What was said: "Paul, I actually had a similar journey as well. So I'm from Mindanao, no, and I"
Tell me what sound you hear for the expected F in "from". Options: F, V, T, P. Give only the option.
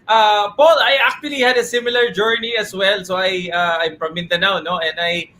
P